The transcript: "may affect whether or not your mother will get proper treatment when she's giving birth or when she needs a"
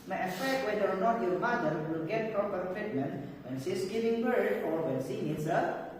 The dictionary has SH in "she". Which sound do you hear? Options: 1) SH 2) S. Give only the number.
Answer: 2